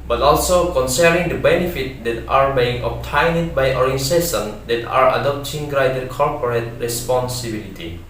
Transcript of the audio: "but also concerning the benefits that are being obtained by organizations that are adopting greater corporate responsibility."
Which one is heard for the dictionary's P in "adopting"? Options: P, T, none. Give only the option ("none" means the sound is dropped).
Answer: P